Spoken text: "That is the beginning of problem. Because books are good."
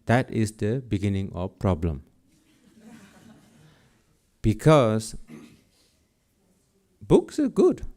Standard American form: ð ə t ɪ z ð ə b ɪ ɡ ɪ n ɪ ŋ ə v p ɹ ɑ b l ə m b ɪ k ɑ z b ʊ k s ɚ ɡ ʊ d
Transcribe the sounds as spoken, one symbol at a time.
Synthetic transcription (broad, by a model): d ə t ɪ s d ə b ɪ ɡ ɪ n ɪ ŋ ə f p ɹ ɑ b l ə m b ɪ k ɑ s b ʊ k s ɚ ɡ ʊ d